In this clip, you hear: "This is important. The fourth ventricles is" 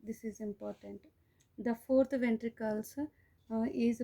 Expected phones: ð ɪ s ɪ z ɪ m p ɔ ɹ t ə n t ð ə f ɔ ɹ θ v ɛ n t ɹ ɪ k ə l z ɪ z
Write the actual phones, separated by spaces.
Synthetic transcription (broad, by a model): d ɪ s ɪ z ɪ m p ɔ ɹ t ə n t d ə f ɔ ɹ t v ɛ n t ɹ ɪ k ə l s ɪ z